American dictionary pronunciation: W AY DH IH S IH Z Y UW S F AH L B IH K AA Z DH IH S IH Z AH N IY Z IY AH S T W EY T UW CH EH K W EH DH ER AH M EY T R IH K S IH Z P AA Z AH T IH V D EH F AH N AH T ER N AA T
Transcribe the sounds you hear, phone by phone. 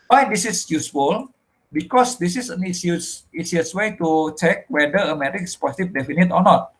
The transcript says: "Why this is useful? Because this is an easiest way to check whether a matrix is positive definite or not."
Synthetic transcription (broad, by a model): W AY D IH S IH S Y UW S F AH L B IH K AA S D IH S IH S AH N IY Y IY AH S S W EY T UW CH EH K W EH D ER AH M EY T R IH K IH S P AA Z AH T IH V D EH F AH N AH T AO N AA T